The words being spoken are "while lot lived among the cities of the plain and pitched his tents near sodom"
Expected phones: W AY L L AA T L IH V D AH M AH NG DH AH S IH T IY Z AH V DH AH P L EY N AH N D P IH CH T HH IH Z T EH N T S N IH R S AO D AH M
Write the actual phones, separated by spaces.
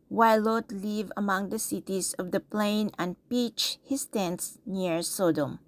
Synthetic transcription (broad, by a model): W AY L L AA T L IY V AH M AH NG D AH S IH T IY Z AH V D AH P L EY N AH N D P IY CH HH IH S T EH N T S N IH R S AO D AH M